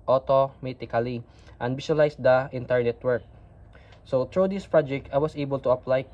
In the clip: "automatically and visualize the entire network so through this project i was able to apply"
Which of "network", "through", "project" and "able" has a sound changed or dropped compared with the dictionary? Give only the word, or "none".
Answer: through